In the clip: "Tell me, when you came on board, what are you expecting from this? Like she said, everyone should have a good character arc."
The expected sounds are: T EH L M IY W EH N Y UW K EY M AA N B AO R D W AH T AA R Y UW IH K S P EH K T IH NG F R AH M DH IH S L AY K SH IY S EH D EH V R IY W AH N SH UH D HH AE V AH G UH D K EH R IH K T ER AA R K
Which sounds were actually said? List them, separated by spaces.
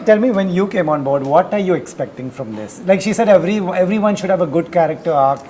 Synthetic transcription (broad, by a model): T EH L M IY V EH N Y UW K EY M AA N B AO R D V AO T AA R Y UW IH K S P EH K T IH NG F R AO M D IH S L AY K SH IY S EH D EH V R IY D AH N SH UH D HH AE V AH G UH D K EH R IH K T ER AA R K